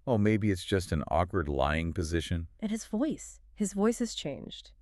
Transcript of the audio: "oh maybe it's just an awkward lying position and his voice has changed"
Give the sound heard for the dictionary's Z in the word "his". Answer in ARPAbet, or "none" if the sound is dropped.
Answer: Z